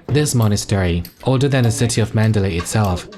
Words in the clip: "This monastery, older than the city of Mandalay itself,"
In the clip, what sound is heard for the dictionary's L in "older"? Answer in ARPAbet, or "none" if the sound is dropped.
none